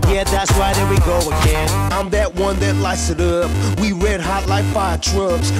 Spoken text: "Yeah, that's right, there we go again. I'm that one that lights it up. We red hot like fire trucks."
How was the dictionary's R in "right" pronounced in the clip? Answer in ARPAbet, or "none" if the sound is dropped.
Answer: W